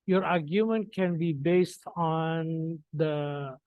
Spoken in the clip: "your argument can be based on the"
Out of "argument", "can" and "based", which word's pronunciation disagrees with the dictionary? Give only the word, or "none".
none